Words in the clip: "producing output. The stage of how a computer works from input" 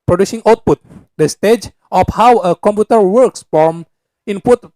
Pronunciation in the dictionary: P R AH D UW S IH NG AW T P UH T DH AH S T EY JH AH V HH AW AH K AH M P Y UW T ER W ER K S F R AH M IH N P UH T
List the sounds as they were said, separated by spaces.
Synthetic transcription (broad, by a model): P R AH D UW S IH NG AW T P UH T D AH S T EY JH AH F HH AW AH K AH M P Y UW T ER W ER K S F R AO M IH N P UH T